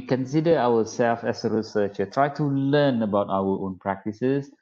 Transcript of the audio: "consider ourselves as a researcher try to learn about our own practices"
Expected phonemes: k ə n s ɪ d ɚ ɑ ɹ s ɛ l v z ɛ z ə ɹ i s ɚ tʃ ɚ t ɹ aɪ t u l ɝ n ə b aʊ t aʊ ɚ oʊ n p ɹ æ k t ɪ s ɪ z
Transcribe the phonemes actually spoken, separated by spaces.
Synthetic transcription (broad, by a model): k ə n s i d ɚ ɑ w s ɛ l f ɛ s ə ɹ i s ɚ tʃ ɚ t ɹ aɪ t u l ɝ n ə b aʊ t aʊ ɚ oʊ n p ɹ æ k t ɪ s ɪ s